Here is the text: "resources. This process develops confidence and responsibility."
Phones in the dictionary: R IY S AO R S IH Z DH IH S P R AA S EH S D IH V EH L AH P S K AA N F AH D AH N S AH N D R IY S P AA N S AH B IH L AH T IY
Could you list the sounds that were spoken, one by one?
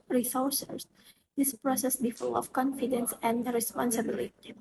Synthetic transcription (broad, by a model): R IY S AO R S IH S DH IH S P R AA S EH S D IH F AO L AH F K AA N F AH D AH N S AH N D R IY S P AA N S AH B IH L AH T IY